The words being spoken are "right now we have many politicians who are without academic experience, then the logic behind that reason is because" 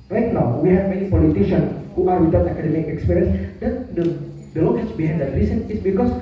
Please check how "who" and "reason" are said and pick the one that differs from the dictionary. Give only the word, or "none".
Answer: reason